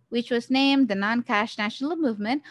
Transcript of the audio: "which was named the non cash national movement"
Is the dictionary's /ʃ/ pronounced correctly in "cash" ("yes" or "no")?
yes